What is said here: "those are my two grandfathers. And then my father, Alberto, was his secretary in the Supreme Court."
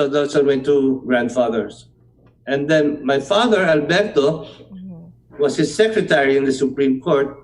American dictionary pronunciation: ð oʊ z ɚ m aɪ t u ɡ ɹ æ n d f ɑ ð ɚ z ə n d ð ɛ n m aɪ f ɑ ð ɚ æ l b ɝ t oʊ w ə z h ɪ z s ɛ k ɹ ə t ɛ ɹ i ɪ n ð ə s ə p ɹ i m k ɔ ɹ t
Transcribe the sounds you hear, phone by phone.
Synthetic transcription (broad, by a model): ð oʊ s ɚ m aɪ t u ɡ ɹ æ n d f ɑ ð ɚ s ə n d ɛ n m aɪ f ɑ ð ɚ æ l b ɝ t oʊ w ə s h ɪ s ɛ k ɹ ə t ɛ ɹ i ɪ n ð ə s ə p ɹ i m k ɔ ɹ t